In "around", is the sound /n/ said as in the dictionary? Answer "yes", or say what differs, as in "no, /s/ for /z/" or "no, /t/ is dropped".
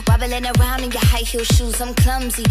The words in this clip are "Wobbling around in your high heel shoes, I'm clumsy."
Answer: yes